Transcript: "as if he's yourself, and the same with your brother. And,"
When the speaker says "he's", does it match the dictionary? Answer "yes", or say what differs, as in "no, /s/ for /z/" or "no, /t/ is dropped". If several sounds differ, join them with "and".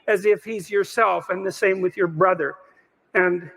yes